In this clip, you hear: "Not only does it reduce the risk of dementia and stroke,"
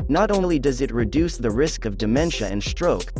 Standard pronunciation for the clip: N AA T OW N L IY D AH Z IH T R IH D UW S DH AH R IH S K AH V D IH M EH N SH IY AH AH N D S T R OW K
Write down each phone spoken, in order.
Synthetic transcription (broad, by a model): N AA T OW L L IY D AH Z IH T R IH D UW S DH AH R IH S K AH V D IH M EH N SH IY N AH N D S T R OW K